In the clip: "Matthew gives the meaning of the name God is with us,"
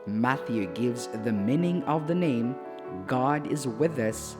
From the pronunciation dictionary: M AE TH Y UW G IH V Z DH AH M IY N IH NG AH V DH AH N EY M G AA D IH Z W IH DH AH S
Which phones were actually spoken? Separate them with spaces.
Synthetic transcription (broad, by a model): M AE TH Y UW G IH V Z DH AH M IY N IH NG AH V DH AH N EY M G AA D IH Z W IH DH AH S